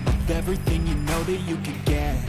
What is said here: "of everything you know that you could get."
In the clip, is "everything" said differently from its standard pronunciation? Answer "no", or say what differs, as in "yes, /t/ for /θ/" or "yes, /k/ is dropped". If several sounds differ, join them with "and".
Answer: no